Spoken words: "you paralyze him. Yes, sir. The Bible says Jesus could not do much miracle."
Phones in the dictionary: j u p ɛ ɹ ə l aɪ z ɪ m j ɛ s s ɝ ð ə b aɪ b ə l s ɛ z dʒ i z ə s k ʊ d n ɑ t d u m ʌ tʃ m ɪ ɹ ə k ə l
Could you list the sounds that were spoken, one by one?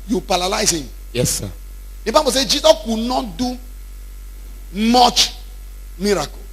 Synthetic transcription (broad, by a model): j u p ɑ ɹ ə l aɪ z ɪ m j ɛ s s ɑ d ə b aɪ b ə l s ɛ dʒ i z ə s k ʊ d n ɑ t d u m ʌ tʃ m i ɹ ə k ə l